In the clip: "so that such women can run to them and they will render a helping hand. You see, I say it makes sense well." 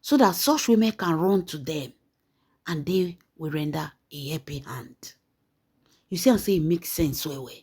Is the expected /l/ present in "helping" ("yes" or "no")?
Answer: no